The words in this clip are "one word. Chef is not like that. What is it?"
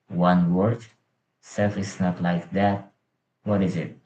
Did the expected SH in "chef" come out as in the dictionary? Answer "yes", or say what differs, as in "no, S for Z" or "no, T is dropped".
no, S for SH